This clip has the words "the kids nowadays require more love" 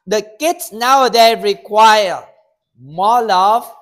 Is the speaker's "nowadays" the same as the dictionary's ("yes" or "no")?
no